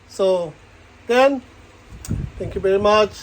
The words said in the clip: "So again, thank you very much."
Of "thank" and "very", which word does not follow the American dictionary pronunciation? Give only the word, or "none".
thank